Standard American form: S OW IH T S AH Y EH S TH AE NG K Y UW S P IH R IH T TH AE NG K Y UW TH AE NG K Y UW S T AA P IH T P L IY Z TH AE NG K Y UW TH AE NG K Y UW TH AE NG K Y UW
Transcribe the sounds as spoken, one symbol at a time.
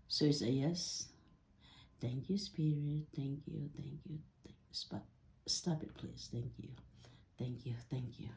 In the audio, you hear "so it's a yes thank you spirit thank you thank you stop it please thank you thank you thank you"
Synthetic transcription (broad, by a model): S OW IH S AH Y EH S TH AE NG K Y UW S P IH R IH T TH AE NG K Y UW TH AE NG K Y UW S T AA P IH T P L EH S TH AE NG K Y UW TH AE NG K Y UW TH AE NG K Y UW